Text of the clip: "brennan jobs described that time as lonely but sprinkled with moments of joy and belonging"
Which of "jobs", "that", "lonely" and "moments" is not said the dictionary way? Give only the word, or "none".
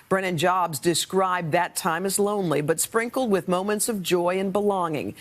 none